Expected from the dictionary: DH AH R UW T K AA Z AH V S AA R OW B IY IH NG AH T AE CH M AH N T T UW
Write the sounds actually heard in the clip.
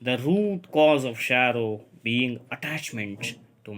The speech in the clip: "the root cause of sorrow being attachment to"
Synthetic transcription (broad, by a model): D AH R UW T K AA Z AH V SH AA R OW B IY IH NG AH T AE CH M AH N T T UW